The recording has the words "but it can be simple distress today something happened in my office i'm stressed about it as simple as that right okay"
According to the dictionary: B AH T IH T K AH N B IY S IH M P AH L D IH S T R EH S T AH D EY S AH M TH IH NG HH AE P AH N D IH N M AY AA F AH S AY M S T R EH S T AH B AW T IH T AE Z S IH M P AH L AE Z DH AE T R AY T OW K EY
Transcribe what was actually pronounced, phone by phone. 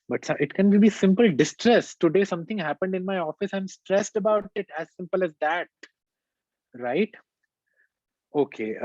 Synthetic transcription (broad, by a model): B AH T IH T K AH N B IY S IH M P AH L D IH S T R EH S T AH D EY S AH M T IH NG HH AE P AH N D IH N M AY AA F AH S AY M S T R EH S T AH B AW T IH T AE Z S IH M P AH L AE Z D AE T R AY T OW K EY